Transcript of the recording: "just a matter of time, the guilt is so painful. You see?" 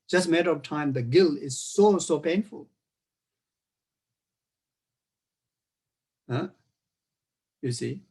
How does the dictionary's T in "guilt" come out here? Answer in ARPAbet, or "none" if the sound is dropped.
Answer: none